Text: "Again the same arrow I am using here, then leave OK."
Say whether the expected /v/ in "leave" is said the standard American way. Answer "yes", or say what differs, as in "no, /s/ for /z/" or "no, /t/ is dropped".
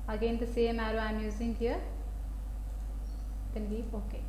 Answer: no, /v/ is dropped